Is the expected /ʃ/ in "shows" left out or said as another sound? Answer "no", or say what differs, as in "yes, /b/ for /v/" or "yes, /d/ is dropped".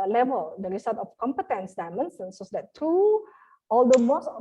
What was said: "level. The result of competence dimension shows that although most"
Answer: yes, /s/ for /ʃ/